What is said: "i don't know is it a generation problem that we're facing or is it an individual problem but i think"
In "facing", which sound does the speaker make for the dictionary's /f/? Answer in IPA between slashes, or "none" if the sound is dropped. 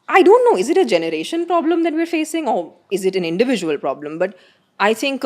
/f/